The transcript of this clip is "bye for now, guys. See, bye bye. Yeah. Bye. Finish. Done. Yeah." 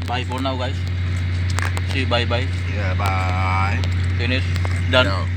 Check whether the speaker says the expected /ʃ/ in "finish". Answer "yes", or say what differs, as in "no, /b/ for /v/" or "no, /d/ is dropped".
no, /s/ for /ʃ/